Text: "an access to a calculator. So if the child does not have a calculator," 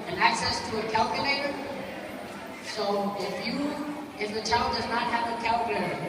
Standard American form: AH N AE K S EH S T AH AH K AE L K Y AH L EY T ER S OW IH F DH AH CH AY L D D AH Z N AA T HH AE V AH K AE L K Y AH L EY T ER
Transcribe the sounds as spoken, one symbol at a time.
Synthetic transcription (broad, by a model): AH N AE K S EH S T AH AH K AE L K Y AH L EY T ER S OW IH F DH AH CH AY L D D AH Z N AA T HH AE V AH K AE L K Y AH L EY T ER